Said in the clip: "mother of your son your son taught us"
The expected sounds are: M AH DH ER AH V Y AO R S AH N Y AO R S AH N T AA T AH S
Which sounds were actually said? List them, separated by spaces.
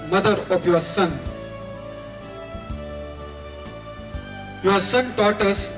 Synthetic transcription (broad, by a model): M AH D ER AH P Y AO S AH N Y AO S AH N T AA T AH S